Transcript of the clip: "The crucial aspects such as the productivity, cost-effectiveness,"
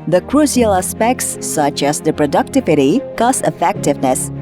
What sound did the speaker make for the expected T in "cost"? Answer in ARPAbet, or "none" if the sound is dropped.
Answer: none